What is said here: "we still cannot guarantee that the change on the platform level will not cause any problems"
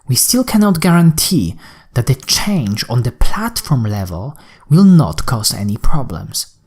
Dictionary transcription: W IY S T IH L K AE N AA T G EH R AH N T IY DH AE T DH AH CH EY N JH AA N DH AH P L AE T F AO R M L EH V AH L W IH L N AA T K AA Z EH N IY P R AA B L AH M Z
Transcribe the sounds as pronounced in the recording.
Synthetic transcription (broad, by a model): W IY S T IH L K AE N AA T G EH R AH N T IY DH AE T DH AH CH EY N JH AA N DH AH P L AE T F AO R M L EH V AH L W IH L N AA T K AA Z EH N IY P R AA B L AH M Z